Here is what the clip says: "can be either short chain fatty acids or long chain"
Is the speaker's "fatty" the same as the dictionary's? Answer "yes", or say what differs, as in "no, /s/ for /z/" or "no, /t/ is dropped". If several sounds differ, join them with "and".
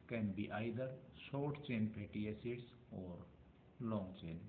no, /p/ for /f/